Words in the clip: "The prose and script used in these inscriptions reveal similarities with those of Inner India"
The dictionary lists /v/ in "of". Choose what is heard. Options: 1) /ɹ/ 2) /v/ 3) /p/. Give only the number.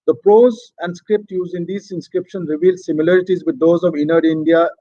2